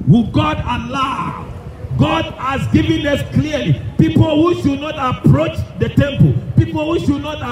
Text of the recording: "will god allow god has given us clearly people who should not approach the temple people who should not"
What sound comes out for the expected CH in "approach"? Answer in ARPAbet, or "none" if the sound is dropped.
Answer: CH